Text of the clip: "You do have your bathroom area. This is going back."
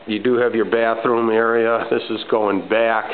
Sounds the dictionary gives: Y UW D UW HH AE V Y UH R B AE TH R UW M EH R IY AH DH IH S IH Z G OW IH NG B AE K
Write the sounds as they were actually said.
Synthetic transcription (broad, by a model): Y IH D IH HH V Y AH R B AE TH R UW M EH R IY AH DH IH S IH Z G OW IH NG B AE K